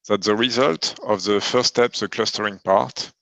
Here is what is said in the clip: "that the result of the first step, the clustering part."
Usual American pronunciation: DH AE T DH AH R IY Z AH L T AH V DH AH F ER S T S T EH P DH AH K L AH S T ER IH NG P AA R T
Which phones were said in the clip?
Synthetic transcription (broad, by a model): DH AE T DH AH R IY Z AH L T AH V DH AH F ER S S T EH P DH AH K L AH S T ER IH NG P AA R T